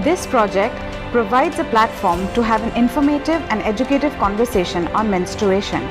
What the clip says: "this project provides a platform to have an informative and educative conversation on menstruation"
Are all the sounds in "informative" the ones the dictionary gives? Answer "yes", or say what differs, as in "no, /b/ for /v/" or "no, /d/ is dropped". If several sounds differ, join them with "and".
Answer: yes